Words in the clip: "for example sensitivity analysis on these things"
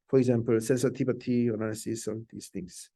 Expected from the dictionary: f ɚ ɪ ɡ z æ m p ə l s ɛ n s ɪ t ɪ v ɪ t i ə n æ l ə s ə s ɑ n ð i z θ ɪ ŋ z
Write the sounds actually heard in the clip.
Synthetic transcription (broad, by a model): f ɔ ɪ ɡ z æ m p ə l s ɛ n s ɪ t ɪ b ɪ t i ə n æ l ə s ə s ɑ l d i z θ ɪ ŋ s